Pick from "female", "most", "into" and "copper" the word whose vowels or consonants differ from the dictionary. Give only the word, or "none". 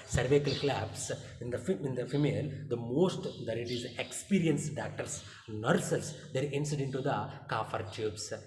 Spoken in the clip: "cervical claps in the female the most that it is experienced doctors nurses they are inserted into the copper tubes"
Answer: copper